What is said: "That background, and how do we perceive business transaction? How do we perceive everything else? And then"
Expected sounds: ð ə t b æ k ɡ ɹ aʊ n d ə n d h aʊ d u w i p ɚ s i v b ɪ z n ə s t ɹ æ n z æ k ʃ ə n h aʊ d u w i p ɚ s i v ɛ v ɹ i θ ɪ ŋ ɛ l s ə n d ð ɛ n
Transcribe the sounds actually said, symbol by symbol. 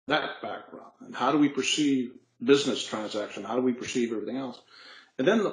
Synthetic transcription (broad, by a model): ð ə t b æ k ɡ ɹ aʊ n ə n h aʊ d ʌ w i p ɚ s i v b ɪ z n ə s t ɹ æ n z æ k ʃ ə n h aʊ d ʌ w i p ɚ s i v ɛ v ɹ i θ ɪ ŋ ɛ l s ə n ð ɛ n